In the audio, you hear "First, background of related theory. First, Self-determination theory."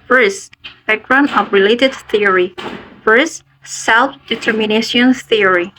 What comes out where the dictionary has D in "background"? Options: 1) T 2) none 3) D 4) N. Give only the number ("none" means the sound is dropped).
2